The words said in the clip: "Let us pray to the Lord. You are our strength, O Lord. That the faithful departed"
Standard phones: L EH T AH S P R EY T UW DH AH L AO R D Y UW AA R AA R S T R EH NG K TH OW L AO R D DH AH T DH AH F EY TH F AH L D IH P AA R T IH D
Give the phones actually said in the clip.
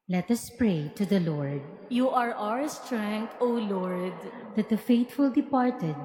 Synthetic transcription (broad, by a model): L EH T AH S P R EY T UW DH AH L AO R D Y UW AA R AA R S T R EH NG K T OW L AO R D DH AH T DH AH F EY T F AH L D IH P AA R T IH D